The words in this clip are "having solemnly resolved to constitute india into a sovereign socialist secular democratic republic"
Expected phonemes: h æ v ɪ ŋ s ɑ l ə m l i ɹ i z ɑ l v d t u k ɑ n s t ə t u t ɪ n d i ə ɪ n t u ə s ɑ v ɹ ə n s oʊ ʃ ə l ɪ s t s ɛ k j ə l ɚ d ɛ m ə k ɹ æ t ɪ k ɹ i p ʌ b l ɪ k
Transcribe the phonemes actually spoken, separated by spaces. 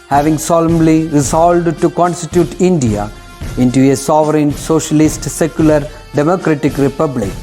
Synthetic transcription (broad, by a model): h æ v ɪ ŋ s ɑ l ə m l i ɹ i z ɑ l d t u k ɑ n s t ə t u t ɪ n d i ə ɪ n t u ə s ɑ v ɹ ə n s oʊ ʃ ə l ɪ s t s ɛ k j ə l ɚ d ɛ m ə k ɹ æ t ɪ k ɹ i p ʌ b l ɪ k